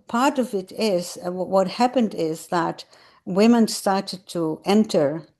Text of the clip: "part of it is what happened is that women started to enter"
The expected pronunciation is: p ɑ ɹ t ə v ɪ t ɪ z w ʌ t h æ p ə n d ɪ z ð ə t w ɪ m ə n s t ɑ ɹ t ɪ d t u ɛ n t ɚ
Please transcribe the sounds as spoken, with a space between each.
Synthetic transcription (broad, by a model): p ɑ ɹ t ə v ɪ t ɪ z w ʌ t h æ p ə n d ɪ z ð ə t w ɪ m ə n s t ɑ ɹ t ɪ d t u ɛ n t ɚ